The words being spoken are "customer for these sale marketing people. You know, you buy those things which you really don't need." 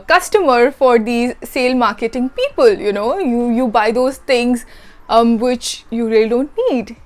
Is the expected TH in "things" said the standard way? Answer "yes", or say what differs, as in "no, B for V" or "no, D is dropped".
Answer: no, T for TH